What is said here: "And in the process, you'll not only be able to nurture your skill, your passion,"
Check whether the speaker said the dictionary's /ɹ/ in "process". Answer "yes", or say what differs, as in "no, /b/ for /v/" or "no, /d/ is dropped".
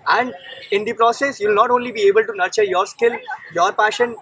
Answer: yes